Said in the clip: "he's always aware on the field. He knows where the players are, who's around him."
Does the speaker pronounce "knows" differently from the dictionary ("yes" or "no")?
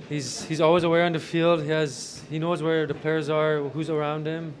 no